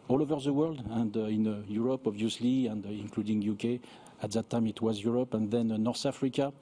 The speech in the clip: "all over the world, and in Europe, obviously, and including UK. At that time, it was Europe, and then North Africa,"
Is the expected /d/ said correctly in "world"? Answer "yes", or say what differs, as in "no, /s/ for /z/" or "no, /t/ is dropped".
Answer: yes